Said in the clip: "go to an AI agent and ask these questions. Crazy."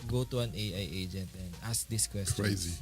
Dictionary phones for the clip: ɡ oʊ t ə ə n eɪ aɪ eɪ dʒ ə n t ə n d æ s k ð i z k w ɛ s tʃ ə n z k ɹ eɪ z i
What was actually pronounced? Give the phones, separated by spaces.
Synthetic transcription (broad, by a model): ɡ oʊ t ə ə n eɪ aɪ eɪ dʒ ə n t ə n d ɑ s k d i s k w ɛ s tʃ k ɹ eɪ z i